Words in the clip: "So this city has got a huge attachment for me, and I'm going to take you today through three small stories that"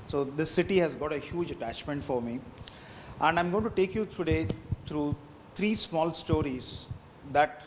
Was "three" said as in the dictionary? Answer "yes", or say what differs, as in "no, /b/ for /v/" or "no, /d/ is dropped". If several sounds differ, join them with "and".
no, /t/ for /θ/